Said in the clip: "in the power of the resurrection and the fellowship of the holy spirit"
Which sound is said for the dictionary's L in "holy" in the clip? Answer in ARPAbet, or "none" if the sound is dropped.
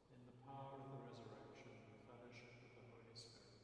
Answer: none